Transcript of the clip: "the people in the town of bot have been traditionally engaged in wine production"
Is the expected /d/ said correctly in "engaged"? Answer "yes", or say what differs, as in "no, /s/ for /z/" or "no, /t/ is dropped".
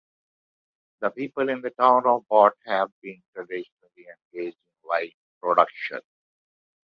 no, /d/ is dropped